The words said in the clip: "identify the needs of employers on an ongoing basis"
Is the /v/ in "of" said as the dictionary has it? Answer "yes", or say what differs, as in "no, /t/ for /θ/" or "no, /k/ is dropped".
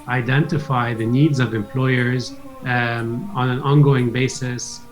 yes